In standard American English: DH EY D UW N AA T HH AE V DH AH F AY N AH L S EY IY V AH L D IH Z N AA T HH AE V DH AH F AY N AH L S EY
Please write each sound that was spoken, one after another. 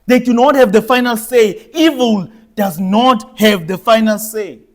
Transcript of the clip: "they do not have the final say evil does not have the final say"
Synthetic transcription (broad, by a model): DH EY D UW N AA T HH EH V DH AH F AY N AH L S EY IY V AH L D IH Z N AA T HH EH V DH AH F AY N AH L S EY